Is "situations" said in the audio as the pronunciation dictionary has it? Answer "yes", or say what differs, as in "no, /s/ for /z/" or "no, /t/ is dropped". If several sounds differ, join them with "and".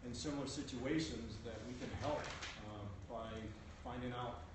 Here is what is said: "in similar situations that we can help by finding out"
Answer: yes